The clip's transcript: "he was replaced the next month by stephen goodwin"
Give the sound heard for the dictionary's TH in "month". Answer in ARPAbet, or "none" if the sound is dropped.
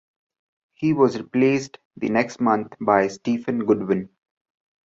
T